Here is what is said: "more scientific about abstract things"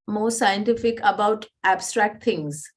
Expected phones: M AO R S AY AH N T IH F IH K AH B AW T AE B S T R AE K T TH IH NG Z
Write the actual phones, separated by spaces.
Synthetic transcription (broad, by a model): M AO R S AY AH N T IH F IH K AH B AW T AE B S T R AE K T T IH NG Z